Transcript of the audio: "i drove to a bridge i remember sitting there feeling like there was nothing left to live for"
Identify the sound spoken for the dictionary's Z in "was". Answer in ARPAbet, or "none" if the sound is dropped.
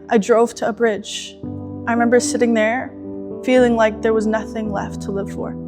Z